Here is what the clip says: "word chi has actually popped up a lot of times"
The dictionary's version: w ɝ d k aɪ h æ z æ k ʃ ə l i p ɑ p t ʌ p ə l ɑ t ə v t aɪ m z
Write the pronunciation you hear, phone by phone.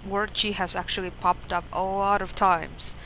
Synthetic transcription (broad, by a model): w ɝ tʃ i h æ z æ k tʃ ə l i p ɑ p t ʌ p ə l ɑ t ə v t aɪ m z